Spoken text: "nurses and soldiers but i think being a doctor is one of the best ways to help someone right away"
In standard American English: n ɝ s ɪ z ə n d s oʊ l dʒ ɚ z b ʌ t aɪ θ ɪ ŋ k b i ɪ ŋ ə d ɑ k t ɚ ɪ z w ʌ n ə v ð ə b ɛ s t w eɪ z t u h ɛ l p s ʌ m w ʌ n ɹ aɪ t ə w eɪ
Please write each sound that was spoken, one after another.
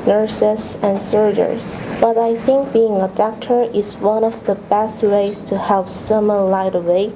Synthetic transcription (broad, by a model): n ɝ s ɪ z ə n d s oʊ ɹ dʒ ɚ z b ʌ t aɪ θ ɪ ŋ k b i ɪ ŋ ə d ɑ k t ɚ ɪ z w ʌ n ə v ð ə b ɛ s t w eɪ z t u h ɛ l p s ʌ m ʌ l aɪ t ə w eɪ